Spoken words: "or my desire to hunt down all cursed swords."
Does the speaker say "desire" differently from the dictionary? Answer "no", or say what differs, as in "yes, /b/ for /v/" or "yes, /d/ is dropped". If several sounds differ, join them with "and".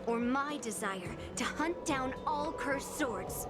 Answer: no